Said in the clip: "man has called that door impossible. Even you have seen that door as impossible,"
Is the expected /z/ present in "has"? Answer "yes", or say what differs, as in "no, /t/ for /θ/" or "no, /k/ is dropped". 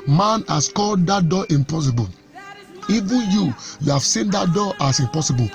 no, /s/ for /z/